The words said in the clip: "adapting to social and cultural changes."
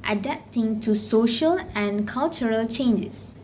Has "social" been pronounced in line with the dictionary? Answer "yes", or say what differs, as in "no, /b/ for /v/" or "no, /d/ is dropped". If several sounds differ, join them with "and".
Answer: yes